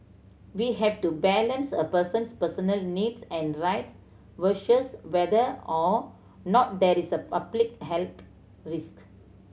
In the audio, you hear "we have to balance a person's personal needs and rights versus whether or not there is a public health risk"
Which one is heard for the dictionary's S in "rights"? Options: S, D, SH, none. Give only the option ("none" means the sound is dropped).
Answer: S